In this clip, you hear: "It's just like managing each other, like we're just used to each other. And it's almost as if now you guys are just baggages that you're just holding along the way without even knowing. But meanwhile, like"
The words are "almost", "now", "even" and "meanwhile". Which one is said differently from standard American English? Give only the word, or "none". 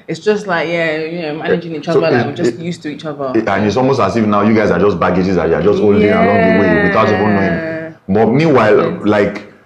even